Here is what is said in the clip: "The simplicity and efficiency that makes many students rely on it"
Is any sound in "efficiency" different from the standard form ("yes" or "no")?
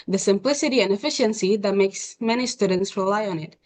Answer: no